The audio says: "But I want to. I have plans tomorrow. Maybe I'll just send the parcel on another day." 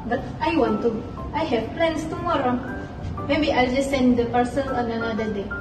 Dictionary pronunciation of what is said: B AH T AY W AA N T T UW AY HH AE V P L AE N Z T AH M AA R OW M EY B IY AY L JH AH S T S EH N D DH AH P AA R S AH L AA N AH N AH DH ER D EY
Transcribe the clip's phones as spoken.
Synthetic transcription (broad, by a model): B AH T AY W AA N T T UW AY HH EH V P L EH N S T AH M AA R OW M EY B IY AY L JH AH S S EH N D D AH P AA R S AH N AA N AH N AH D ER D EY